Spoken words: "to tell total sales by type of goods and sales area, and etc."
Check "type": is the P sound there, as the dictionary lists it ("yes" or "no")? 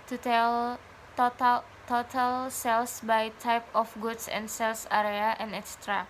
yes